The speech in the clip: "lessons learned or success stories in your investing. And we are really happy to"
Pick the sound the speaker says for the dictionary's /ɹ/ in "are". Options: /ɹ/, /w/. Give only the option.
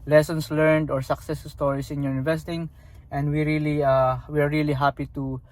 /w/